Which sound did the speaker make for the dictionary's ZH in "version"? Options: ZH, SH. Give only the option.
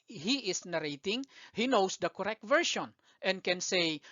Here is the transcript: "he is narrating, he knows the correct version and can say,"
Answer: SH